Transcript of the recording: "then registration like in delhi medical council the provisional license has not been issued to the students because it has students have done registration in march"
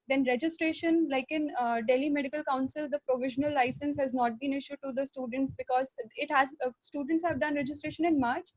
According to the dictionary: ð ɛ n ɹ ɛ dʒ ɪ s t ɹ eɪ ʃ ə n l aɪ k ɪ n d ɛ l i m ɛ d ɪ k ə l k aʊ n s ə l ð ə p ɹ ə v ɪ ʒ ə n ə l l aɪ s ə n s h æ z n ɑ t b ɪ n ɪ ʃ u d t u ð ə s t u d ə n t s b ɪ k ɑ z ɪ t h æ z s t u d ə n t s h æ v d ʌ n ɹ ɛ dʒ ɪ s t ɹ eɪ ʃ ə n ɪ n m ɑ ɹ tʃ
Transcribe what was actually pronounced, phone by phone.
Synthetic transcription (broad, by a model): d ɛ n ɹ ɛ dʒ ɪ s t ɹ eɪ ʃ ə n l aɪ k ɪ n d ɛ l i m ɛ d ɪ k ə l k aʊ n s ə l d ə p ɹ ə v ɪ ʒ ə n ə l l aɪ s ə n s h æ z n ɑ t b ɪ n ɪ ʃ u d t u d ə s t u d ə n t s b ɪ k ɑ z ɪ t h æ z s t u d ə n t s h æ v d ʌ n ɹ ɛ dʒ ɪ s t ɹ eɪ ʃ ə n ɪ n m ɑ ɹ tʃ